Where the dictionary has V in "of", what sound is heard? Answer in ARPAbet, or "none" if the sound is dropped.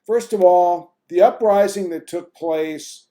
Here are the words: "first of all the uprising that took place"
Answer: V